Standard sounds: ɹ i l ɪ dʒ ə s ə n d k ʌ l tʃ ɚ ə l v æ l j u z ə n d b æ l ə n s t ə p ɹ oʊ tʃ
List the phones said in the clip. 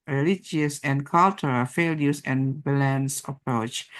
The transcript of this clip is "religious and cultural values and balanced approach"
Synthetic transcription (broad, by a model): ɹ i l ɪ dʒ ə s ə n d k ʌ l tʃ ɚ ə l f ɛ l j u s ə n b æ l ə n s ə p ɹ oʊ tʃ